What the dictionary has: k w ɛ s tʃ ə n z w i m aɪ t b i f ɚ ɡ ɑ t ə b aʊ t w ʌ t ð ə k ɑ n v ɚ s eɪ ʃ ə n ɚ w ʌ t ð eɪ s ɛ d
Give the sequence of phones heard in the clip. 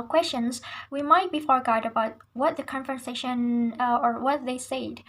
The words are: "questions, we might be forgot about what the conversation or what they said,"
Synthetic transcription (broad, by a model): k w ɛ s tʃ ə n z w i m aɪ t b i f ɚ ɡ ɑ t ə b aʊ t w ʌ t ð ə k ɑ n f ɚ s eɪ ʃ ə n ɚ w ʌ t ð eɪ s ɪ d